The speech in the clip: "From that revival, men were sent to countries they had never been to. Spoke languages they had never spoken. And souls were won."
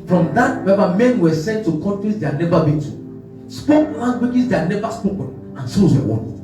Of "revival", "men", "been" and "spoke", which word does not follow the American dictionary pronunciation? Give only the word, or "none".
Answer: revival